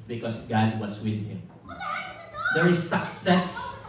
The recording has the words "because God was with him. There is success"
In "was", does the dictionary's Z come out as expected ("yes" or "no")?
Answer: no